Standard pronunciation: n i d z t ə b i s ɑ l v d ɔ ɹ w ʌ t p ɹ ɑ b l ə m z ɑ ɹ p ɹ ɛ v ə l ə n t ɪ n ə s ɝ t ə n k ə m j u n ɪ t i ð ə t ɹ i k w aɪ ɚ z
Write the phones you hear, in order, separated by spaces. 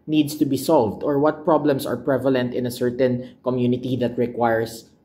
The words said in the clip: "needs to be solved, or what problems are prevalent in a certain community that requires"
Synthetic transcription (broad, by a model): n i d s t ə b i s ɑ l v d ɔ ɹ w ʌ t p ɹ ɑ b l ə m s ɑ ɹ p ɹ ɛ v ə l ə n t ɪ n ə s ɝ t ə n k ə m j u n ɪ t i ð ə t ɹ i k w aɪ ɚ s